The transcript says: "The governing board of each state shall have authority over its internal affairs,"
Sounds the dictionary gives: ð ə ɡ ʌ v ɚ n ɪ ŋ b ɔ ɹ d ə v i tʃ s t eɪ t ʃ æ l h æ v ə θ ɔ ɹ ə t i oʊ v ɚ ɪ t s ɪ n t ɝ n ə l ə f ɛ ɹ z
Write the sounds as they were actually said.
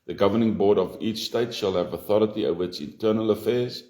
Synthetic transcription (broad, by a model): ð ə ɡ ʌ v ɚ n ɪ ŋ b ɔ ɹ d ə v i tʃ s t eɪ t ʃ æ l h æ v ə θ ɔ ɹ ə t i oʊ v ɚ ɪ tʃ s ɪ n t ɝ n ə l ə f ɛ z